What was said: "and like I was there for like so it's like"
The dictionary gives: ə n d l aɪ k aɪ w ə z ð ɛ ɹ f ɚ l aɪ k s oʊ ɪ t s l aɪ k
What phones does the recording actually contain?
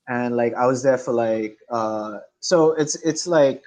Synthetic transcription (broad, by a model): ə n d l aɪ k aɪ w ə z ð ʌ ɹ f ɚ l aɪ k s oʊ ɪ t s l aɪ k